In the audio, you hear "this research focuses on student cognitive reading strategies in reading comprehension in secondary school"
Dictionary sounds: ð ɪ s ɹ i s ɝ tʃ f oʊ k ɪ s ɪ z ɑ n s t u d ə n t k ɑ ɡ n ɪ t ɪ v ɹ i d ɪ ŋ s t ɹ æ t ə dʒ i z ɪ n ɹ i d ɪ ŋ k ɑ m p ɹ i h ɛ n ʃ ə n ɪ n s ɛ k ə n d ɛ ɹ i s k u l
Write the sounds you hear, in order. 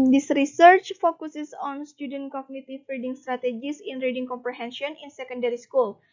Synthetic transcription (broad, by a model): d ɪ s ɹ i s ɝ tʃ f oʊ k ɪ s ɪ s ɑ n s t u d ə n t k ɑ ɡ n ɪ t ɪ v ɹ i d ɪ ŋ s t ɹ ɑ t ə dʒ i s ɪ n ɹ i d ɪ ŋ k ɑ m p ɹ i h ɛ n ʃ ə n ɪ n s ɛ k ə n d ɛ ɹ i s k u l